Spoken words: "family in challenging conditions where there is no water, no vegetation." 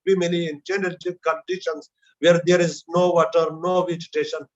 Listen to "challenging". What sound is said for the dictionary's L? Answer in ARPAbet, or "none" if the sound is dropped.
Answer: N